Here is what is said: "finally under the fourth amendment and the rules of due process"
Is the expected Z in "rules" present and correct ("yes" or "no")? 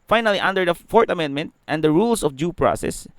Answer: no